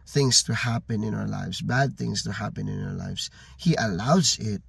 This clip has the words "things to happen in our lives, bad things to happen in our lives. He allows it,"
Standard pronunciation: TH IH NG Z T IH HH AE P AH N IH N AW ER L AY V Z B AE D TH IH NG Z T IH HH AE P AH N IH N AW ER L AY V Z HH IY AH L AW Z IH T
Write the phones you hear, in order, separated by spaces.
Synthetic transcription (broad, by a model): TH IH NG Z T IH HH AE P AH N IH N AW ER L AY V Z B AE D TH IH NG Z T IH HH AE P AH N IH N AW ER L AY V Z HH IY AH L AW Z IH T